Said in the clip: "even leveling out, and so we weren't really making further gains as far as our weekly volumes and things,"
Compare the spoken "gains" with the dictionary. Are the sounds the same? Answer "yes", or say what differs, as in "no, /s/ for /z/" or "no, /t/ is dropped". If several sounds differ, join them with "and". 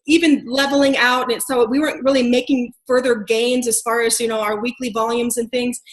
yes